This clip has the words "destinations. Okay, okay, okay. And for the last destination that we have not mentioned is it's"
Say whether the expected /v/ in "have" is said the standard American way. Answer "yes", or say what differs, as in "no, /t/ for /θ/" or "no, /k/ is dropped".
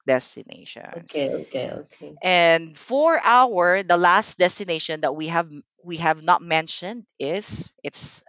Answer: yes